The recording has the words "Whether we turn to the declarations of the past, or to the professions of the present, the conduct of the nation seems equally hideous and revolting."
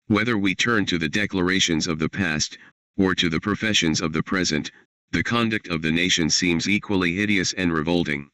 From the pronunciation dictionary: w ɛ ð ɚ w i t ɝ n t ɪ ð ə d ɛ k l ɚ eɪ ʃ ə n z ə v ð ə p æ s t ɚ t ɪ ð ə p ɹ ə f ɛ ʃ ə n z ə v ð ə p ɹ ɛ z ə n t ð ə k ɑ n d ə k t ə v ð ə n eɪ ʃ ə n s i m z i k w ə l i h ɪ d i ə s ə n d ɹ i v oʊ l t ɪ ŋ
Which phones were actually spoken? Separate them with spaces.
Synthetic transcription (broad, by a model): w ɛ ð ɚ w i t ɝ n t ɪ ð ə d ɛ k l ɚ eɪ ʃ ə n z ə v ð ə p æ s t ɚ t ɪ ð ə p ɹ ə f ɛ ʃ ə n z ə v ð ə p ɹ ɛ z ə n t ð ə k ɑ n d ə k t ə v ð ə n eɪ ʃ ə n s i m z i k w ə l i h ɪ d i ə s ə n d ɹ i v oʊ l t ɪ ŋ